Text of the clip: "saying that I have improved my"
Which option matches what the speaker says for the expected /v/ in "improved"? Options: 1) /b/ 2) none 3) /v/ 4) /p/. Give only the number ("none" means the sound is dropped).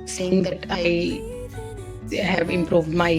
3